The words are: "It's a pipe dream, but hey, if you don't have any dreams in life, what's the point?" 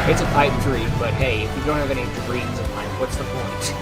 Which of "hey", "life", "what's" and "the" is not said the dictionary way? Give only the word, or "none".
life